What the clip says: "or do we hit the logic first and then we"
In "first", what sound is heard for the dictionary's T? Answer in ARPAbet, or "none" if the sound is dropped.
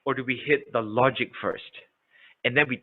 T